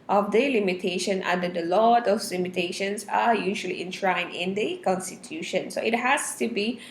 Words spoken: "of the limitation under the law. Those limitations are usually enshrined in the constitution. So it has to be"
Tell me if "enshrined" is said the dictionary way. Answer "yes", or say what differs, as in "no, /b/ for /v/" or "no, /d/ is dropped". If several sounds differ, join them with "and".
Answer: no, /d/ is dropped